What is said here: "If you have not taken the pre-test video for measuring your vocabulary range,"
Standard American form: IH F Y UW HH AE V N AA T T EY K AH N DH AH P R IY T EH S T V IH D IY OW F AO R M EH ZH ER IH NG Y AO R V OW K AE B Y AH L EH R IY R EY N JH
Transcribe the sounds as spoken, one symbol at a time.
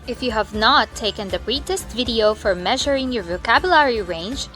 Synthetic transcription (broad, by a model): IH F Y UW HH AE V N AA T T EY K AH N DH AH B R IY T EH S T V IH D IY OW F AO R M EH ZH ER IH NG Y AO R V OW K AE B Y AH L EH R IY R EY N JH